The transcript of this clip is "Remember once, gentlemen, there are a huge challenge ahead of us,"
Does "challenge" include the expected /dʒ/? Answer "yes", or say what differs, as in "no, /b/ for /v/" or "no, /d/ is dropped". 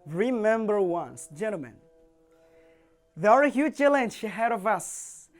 no, /ʃ/ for /dʒ/